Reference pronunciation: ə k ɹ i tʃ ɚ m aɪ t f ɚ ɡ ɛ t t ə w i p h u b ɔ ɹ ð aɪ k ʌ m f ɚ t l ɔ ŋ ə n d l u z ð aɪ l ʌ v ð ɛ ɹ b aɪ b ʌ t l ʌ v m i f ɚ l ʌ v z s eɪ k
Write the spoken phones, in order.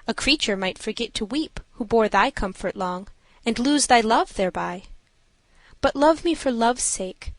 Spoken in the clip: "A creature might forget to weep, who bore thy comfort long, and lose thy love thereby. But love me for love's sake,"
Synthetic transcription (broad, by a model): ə k ɹ i tʃ ɚ m aɪ t f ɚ ɡ ɛ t t ə w i p h u b ɔ ɹ ð aɪ k ʌ m f ɚ t l ɔ ŋ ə n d l u z ð aɪ l ʌ v ð ɛ ɹ b aɪ b ʌ t l ʌ v m i f ɚ l ʌ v s eɪ k